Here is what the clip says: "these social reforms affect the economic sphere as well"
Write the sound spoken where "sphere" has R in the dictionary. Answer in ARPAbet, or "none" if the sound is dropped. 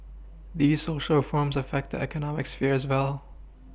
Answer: R